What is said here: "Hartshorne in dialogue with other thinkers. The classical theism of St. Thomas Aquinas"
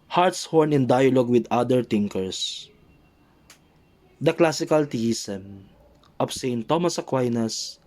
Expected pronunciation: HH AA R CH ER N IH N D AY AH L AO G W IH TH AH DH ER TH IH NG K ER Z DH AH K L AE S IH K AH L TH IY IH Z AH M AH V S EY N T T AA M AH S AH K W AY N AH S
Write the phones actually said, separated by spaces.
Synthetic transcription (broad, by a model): HH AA R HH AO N IH N D AY AH L AO G W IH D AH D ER T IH NG K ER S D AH K L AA S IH K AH L T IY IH S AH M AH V S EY N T T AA M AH S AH K W AY N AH S